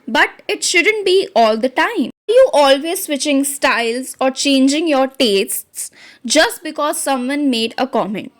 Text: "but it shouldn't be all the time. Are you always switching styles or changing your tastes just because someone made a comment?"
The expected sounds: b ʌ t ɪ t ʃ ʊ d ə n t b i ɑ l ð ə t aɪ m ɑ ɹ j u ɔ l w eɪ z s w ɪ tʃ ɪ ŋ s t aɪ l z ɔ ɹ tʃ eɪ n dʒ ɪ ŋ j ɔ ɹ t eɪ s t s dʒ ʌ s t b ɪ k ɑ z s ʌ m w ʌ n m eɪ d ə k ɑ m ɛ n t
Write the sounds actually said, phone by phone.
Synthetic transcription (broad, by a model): b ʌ t ɪ t ʃ ʊ d ə n t b i ɑ l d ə t aɪ m ɑ ɹ j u ɔ l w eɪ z s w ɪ tʃ ɪ ŋ s t aɪ l z ɔ ɹ tʃ eɪ n dʒ ɪ ŋ j ɔ ɹ t eɪ s t s dʒ ʌ s t b ɪ k ɑ z s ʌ m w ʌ n m eɪ d ə k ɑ m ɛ n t